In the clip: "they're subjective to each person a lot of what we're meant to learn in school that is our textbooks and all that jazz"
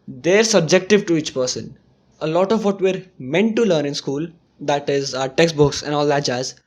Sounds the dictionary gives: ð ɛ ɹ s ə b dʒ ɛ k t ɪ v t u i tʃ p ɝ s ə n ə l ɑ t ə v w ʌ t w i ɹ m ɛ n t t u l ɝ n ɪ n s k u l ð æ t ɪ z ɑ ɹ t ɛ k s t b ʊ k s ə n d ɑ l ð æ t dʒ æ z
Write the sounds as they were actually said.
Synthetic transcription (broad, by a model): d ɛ ɹ s ə b dʒ ɛ k t ɪ v t u i tʃ p ɝ s ə n ə l ɑ t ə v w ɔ t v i ɹ m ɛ n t t u l ɝ n ɪ n s k u l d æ t ɪ z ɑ t ɛ k s t b ʊ k s ə n d ɑ l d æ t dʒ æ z